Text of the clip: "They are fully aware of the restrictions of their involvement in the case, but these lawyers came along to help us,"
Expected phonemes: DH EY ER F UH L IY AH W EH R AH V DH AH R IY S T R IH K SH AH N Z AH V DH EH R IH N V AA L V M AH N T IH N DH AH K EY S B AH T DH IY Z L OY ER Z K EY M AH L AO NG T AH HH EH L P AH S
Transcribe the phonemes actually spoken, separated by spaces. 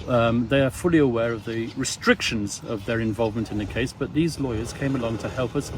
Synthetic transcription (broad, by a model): DH EY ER F UH L IY AH W EH R AH V DH AH R IY S T R IH K SH AH N Z AH V DH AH R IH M V AA L V M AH N T IH N DH AH K EY S B AH T DH IY Z L OY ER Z K EY M AH L AO NG T AH HH EH L P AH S